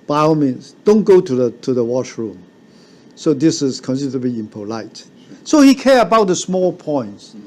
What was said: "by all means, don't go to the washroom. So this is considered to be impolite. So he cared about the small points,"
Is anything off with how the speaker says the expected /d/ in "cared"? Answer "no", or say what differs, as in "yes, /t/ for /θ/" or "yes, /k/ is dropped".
yes, /d/ is dropped